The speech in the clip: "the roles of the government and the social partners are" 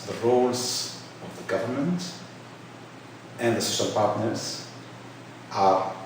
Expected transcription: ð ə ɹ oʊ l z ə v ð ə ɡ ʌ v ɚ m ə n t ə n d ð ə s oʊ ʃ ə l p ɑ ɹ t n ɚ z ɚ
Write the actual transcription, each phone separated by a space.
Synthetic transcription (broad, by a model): ð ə ɹ oʊ l z ə v ð ə ɡ ʌ v ɚ m ə n t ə n ð ə s oʊ ʃ ə l p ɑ ɹ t n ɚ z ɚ